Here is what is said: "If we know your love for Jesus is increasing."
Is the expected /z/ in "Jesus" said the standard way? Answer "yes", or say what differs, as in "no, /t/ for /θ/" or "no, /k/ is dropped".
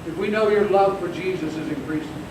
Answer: yes